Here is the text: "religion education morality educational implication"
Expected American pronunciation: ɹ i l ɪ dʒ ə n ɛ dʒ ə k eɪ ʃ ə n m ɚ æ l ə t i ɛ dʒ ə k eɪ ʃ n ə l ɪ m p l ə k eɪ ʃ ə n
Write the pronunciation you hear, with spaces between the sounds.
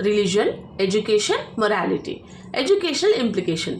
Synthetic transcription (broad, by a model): ɹ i l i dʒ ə n ɛ dʒ ə k eɪ ʃ ə n m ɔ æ l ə t i ɛ dʒ ə k eɪ ʃ n ə l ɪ m p l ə k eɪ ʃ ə n